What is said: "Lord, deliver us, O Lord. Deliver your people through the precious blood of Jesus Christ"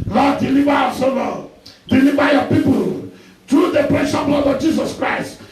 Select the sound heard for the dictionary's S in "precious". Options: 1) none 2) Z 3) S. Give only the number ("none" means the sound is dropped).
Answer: 1